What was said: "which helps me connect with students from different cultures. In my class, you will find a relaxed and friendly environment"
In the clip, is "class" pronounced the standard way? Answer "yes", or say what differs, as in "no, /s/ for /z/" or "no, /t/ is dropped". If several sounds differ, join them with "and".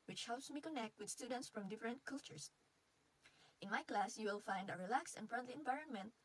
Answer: yes